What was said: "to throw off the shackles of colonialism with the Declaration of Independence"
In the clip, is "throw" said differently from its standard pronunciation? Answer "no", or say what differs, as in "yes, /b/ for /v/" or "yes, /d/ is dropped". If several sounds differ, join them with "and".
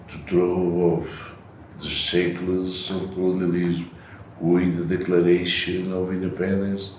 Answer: yes, /t/ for /θ/